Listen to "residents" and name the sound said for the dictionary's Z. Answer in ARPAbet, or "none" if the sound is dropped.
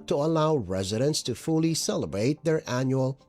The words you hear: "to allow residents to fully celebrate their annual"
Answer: Z